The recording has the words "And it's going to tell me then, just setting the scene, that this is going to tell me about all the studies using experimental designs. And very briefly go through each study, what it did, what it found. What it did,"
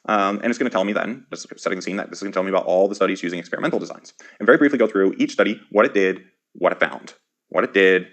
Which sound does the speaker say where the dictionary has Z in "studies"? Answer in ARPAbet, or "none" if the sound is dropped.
Z